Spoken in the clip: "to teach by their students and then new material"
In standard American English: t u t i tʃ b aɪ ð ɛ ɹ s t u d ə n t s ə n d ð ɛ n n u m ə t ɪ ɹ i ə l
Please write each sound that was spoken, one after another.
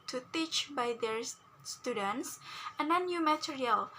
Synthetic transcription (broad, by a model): t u t i tʃ b aɪ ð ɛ ɹ s t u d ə n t s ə n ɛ n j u m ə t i ɹ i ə l